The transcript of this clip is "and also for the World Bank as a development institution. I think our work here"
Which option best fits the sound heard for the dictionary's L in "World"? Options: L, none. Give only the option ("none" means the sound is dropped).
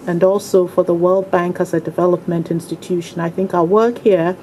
L